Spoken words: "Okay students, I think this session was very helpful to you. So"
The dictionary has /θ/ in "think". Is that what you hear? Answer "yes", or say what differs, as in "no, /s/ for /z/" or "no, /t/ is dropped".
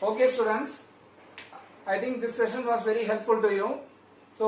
no, /t/ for /θ/